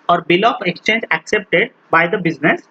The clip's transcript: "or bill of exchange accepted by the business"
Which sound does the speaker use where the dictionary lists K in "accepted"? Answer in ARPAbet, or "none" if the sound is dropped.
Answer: K